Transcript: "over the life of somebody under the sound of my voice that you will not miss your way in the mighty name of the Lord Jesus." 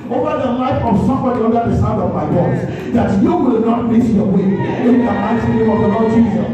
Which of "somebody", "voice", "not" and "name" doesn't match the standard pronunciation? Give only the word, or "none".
voice